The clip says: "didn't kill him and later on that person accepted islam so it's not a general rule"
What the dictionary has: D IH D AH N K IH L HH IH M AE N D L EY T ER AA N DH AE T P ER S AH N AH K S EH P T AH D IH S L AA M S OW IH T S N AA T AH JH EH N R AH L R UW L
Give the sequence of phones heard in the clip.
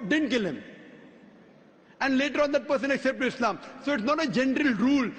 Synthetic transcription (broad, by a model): D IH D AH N K IH L HH IH M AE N D L EY T ER AA N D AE T P ER S AH N AH K S EH P T AH D IH S L AA M S OW IH T S N AA T AH JH EH N R AH L R UW L